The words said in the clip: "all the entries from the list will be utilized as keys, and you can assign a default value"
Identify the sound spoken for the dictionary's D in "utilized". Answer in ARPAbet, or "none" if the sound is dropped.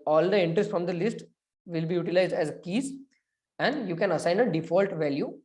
D